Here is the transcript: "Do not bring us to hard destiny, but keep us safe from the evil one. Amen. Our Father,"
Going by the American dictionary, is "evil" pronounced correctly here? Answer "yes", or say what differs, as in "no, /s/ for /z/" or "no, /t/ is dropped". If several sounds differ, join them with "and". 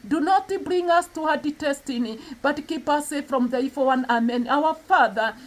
no, /f/ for /v/